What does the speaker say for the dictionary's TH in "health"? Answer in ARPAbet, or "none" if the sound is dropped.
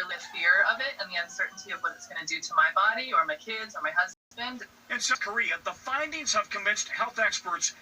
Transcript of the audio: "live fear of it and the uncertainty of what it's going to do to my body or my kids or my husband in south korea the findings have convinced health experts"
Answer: TH